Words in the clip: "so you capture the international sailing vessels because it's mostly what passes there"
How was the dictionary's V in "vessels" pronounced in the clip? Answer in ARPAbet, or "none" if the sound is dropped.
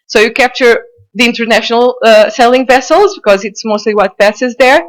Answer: V